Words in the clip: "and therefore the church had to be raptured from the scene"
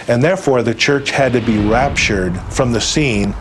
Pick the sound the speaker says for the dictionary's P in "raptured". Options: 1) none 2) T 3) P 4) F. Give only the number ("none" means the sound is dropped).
3